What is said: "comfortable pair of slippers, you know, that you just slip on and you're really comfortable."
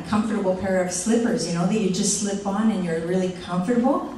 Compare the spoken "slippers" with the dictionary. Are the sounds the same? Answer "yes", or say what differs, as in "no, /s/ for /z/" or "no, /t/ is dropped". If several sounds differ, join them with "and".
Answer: yes